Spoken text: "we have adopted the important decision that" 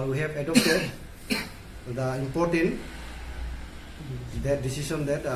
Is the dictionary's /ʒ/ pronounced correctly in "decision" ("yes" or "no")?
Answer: no